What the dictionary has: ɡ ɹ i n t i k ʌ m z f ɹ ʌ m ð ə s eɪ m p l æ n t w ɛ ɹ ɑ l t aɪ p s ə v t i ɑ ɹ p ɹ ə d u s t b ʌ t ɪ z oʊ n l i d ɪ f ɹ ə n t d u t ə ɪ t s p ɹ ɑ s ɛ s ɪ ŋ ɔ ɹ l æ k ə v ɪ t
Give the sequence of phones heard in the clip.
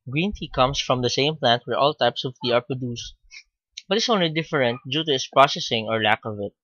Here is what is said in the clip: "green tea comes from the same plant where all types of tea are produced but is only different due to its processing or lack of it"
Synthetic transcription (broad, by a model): ɡ ɹ i n t i k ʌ m s f ɹ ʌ m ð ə s eɪ m p l æ n t w ɛ ɹ ɑ l t aɪ p s ə v t i ɑ ɹ p ɹ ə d u s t b ʌ t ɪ s oʊ n l i d ɪ f ɹ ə n t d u t ə ɪ t s p ɹ ɑ s ɛ s ɪ ŋ ɔ ɹ l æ k ə v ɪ t